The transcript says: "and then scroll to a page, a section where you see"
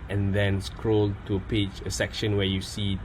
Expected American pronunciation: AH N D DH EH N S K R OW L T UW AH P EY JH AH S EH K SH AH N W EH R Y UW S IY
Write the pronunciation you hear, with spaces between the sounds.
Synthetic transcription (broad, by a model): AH N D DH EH N S K R OW L T UW AH P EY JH AH S EH K SH AH N W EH Y UW S IY